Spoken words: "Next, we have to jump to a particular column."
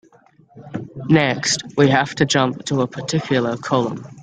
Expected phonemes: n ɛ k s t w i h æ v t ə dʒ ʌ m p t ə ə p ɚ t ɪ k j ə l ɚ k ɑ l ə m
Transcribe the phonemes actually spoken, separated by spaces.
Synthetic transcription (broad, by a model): n ɛ k s t w i h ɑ f t ə dʒ ʌ m p t ə ə p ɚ t ɪ k j l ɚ k ɑ l ə m